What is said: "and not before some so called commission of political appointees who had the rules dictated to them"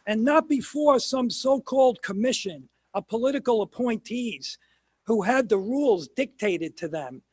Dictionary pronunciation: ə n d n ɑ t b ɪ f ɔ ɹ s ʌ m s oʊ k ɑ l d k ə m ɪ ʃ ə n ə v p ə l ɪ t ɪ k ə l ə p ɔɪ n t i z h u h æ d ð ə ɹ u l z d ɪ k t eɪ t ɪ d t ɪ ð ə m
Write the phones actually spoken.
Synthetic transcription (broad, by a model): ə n n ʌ t b ɪ f ɔ ɹ s ʌ m s oʊ k ɑ l d k ə m ɪ ʃ ə n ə p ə l ɪ t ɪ k l ə p ɔɪ n t i z h u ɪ d ð ə ɹ u l z d ɪ k t eɪ t ɪ d t ɪ ð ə m